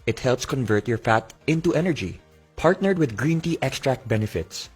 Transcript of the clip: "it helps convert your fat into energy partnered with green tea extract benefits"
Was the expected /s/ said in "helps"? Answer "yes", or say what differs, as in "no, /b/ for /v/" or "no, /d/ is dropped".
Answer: yes